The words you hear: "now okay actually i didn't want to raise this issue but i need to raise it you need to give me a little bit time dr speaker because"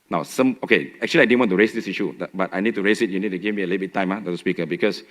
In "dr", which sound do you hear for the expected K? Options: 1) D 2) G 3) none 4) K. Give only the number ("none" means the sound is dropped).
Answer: 3